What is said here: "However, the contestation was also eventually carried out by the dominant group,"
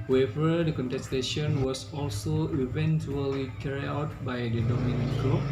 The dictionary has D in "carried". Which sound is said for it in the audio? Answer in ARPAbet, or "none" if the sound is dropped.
none